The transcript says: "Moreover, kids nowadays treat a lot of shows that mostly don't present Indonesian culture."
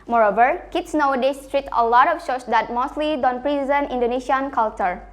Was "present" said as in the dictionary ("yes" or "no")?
no